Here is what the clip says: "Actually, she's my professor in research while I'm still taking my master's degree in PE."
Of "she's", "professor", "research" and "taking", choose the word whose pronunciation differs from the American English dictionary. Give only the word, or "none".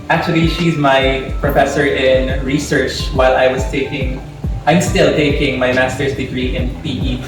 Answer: none